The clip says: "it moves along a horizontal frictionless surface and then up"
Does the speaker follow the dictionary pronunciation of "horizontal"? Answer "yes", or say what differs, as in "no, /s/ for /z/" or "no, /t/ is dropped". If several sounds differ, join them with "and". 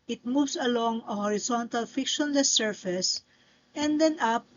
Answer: no, /s/ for /z/